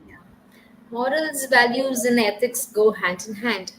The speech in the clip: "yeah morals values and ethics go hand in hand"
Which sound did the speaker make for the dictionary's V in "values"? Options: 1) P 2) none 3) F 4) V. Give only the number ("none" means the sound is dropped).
4